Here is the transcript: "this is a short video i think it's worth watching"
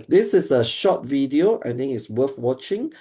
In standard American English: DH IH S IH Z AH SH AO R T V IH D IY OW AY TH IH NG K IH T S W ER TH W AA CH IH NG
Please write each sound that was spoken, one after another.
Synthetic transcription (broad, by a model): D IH S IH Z AH SH AO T V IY D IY OW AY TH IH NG IH T S W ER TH W AA CH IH NG